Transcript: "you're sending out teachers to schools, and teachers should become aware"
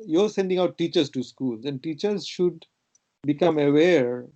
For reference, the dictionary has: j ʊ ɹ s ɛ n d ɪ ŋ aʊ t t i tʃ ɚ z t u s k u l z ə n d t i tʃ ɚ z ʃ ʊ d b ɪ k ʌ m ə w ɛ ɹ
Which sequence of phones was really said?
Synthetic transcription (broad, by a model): j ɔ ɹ s ɛ n d ɪ ŋ aʊ t t i tʃ ɚ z t u s k u l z ə n d t i tʃ ɚ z ʃ ʊ d b ɪ k ʌ m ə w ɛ ɹ